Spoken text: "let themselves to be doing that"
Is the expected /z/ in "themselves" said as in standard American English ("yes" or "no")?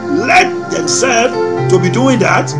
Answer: no